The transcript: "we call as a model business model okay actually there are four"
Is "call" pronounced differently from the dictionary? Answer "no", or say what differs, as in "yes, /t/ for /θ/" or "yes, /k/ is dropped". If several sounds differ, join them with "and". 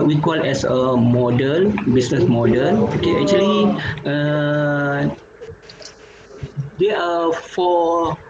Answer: no